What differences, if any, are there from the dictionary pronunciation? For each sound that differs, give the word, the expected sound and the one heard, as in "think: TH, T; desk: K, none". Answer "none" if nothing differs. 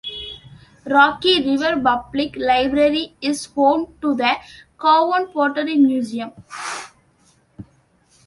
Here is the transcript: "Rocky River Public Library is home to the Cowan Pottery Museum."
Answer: public: P, B